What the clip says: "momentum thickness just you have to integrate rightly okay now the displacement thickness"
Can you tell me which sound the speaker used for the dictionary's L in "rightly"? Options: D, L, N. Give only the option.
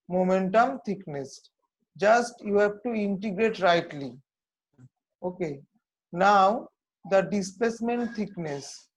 L